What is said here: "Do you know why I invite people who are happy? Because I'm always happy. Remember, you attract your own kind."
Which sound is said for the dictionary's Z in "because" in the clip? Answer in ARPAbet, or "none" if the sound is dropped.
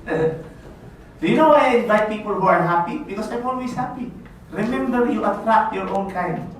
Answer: S